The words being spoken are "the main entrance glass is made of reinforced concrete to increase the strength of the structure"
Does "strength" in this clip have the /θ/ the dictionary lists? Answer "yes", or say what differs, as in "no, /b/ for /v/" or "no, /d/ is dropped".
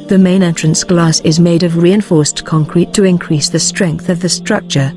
yes